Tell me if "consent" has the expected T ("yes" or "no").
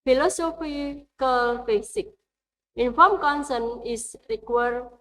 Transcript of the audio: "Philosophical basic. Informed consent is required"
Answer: no